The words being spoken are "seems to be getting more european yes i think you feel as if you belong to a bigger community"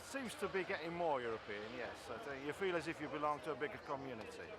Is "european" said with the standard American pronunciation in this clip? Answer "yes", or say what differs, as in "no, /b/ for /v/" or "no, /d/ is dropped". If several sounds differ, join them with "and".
yes